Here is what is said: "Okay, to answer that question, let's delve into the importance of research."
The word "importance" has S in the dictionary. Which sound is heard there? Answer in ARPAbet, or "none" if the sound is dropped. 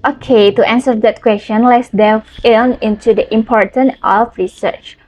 none